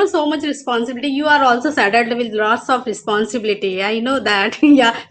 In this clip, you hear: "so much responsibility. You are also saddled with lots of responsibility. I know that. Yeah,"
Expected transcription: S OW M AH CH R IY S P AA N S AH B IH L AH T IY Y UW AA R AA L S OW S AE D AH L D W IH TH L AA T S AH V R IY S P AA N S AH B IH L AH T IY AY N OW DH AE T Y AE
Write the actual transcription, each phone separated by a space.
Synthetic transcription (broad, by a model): S OW M AH CH R IY S P AA N S AH B IH L AH T IY Y UW AA R AA L S OW S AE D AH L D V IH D L AA T S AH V R IY S P AA N S AH B IH L AH T IY AY N OW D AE T Y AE